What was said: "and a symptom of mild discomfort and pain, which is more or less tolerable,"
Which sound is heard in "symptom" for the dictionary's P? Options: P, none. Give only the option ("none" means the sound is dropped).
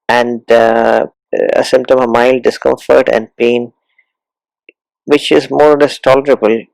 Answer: P